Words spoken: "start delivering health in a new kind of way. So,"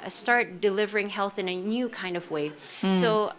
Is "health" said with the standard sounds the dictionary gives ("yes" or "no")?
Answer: yes